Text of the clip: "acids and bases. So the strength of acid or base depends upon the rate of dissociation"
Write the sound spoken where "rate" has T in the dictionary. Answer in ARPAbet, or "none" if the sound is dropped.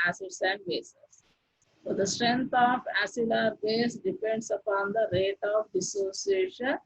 T